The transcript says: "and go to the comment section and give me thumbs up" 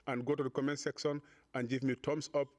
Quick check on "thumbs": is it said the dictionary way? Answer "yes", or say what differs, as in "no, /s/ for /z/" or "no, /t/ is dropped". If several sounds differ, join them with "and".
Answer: no, /t/ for /θ/ and /s/ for /z/